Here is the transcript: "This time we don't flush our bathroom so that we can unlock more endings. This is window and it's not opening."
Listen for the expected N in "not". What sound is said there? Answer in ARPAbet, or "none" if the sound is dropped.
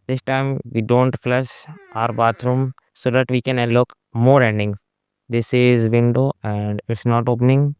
N